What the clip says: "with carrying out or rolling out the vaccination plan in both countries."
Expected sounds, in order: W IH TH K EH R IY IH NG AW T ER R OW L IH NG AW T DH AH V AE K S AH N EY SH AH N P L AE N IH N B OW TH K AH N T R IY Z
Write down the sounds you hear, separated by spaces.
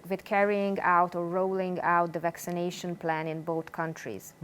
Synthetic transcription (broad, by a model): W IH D K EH R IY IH NG AW T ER R OW L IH NG AW T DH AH V AE K S AH N EY SH AH N P L AE N IH N B OW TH K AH N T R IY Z